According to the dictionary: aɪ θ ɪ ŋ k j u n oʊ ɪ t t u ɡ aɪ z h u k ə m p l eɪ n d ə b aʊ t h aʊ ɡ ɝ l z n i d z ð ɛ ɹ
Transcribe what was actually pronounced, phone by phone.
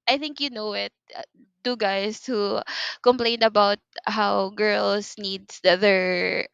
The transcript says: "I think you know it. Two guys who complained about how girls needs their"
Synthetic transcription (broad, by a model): aɪ θ ɪ ŋ k j u n oʊ ɪ t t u ɡ aɪ s h u k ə m p l eɪ n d ə b aʊ t h aʊ ɡ ɝ l s n i d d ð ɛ ɹ